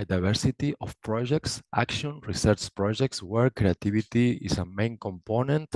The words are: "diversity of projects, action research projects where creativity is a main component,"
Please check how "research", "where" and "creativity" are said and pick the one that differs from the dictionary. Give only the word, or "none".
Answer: creativity